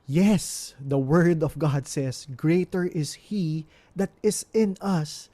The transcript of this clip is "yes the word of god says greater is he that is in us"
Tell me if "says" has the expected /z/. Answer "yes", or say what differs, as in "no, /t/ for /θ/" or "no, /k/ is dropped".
no, /s/ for /z/